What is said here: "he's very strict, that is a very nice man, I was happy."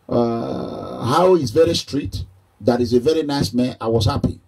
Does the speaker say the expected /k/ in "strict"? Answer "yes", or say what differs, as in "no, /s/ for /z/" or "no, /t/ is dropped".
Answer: no, /k/ is dropped